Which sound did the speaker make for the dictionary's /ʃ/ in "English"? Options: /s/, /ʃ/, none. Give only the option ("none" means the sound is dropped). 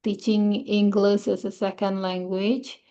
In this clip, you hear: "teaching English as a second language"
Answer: /s/